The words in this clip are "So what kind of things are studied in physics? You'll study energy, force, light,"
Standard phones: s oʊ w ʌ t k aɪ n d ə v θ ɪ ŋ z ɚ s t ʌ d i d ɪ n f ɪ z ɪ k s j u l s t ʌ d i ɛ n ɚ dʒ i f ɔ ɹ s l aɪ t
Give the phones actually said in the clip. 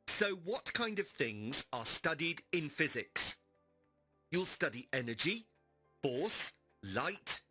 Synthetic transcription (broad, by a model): s oʊ w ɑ t k aɪ n d ə v θ ɪ ŋ z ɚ s t ʌ d i d ɪ n f ɪ z ɪ k s j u l s t ʌ d i ɛ n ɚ dʒ i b ɔ s l aɪ t